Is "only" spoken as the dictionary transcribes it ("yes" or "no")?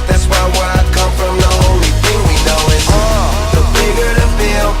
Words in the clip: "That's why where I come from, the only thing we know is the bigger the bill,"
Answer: no